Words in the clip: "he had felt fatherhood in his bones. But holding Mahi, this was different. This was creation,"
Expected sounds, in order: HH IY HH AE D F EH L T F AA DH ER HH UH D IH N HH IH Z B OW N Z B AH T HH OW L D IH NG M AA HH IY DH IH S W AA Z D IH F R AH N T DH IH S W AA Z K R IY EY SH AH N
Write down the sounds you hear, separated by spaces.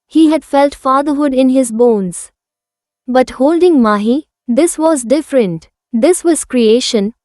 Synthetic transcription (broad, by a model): HH IY HH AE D F EH L T F AA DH ER HH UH D IH N HH IH Z B OW N Z B AH T HH OW L D IH NG M AA HH IY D IH S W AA Z D IH F R AH N T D IH S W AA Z K R IY EY SH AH N